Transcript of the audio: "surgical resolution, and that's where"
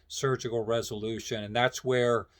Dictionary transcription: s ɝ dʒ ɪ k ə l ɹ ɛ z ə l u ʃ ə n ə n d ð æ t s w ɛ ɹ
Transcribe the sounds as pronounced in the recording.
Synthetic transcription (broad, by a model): s ɝ dʒ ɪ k l ɹ ɛ z ə l u ʃ ə n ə n ð æ t s w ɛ ɹ